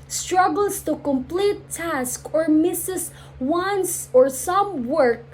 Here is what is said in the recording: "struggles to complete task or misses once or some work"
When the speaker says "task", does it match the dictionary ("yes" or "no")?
yes